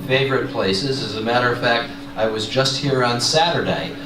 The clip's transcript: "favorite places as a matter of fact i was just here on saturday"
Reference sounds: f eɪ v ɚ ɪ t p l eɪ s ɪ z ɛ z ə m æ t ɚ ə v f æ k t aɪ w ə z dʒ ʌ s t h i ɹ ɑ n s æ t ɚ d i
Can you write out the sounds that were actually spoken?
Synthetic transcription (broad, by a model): f eɪ v ɚ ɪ t p l eɪ s ɪ z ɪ z ə m æ t ɚ ə v f æ k t aɪ w ə z dʒ ʌ s t h i ɹ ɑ n s æ t ɚ d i